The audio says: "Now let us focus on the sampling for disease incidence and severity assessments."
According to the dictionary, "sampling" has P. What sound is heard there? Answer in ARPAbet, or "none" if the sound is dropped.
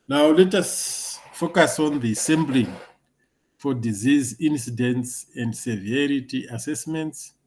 B